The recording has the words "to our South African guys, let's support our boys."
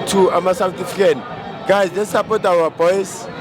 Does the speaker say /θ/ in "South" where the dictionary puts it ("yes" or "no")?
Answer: no